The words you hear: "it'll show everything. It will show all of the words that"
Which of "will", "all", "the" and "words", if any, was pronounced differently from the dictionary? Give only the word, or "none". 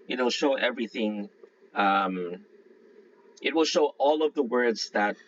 none